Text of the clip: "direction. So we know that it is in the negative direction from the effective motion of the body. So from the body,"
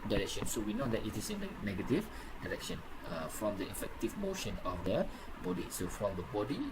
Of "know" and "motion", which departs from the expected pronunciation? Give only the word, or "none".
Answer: none